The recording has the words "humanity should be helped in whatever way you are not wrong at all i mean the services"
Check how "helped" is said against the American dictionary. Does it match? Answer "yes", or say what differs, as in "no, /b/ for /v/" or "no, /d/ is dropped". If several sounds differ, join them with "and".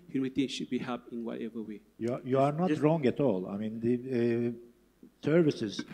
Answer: no, /l/ is dropped